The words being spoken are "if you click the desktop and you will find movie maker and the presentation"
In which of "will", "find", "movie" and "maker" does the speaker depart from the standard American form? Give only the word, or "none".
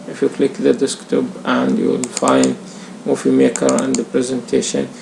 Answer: movie